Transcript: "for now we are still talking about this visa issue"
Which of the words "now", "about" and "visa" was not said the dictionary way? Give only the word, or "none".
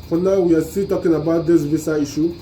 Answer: visa